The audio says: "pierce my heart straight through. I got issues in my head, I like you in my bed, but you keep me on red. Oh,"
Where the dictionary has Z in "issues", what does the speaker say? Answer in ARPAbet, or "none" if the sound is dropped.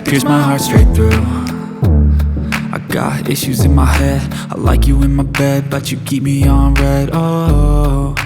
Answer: Z